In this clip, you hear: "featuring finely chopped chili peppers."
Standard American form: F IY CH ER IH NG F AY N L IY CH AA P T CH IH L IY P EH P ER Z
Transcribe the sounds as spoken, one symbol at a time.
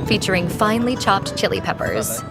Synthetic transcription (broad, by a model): F IY CH ER IH NG F AY N L IY CH AA P T CH IH L IY P EH P ER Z